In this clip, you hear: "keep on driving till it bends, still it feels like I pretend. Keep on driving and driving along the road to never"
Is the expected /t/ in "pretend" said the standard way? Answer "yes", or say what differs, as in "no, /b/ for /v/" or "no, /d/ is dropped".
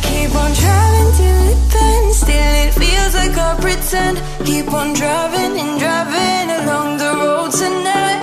no, /s/ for /t/